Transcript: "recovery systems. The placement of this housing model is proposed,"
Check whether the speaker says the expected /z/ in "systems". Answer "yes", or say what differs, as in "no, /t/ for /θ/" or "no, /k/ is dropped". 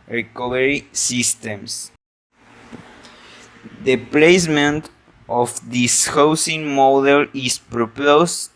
no, /s/ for /z/